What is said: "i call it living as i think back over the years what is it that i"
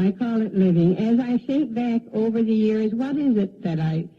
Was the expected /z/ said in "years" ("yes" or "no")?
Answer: yes